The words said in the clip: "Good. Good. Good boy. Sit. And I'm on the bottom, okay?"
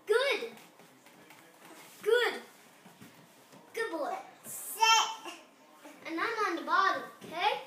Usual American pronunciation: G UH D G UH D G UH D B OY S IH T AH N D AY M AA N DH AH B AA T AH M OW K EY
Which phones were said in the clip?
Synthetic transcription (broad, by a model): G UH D G UH D G UH D B OY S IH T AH N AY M AA N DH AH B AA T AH OW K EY